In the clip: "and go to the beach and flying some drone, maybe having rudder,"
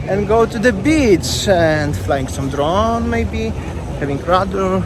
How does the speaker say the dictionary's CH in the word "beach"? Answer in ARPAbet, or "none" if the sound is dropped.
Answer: S